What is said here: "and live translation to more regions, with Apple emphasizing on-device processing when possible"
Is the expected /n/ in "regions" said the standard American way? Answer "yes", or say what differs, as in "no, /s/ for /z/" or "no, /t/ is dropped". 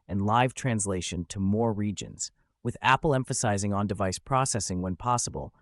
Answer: yes